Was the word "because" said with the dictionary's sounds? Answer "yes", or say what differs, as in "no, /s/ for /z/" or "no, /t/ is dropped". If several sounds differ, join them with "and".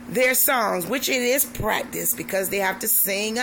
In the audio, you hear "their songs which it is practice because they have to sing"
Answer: yes